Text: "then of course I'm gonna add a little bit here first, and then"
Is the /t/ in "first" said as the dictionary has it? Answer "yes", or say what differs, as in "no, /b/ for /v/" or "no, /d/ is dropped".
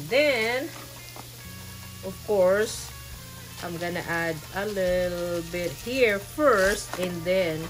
yes